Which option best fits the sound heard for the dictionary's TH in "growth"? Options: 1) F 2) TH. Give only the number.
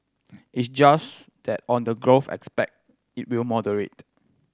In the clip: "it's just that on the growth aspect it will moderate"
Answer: 1